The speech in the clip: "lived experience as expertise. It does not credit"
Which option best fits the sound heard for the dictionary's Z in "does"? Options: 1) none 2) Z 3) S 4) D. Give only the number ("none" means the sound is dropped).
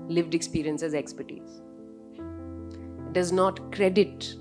2